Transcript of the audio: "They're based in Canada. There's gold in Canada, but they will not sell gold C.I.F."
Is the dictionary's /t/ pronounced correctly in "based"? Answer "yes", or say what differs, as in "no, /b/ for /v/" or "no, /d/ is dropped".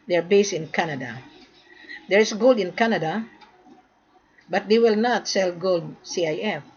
no, /t/ is dropped